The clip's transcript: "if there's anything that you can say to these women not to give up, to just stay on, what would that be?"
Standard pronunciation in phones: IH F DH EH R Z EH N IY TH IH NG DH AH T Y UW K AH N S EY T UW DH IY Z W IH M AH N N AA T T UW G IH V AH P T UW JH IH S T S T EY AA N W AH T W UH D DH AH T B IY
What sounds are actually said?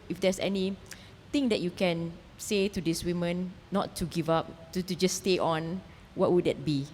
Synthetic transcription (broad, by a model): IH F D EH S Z EH N IY T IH NG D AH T Y UW K AH N S EY T UW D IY S W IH M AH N N AA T T UW G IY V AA P T UW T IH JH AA S T EY AA N W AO T W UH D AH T B IY